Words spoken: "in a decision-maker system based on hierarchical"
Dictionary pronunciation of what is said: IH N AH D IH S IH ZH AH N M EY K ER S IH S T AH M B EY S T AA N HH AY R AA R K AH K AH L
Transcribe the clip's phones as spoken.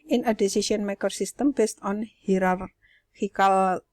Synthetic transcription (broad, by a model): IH N AH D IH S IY S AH N M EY K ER S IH S T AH M B EY S T AA N HH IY R AA R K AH K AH L